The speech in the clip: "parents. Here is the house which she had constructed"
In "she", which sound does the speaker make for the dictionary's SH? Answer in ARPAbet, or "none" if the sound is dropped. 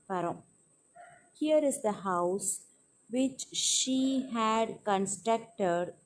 SH